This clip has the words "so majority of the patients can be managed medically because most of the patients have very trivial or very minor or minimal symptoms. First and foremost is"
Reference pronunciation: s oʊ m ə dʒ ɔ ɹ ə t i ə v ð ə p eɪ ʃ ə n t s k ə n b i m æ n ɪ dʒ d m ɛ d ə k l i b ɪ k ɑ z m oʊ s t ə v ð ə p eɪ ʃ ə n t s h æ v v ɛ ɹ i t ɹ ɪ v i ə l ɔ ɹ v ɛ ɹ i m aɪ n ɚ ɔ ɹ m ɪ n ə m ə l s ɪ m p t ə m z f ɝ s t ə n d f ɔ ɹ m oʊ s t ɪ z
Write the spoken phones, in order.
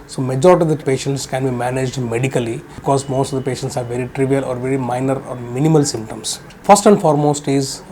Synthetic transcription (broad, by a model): s oʊ m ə dʒ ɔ ɹ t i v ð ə p eɪ ʃ ə n t s k ə n b i m æ n ɪ dʒ d m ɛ d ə k i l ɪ k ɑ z m oʊ s t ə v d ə p eɪ ʃ ə n t s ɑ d v ɛ ɹ i t ɹ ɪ v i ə l ɔ ɹ v ɛ ɹ i m aɪ n ɚ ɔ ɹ m ɪ n ə m ə l s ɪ m p t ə m s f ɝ s t ə n d f ɔ ɹ m oʊ s t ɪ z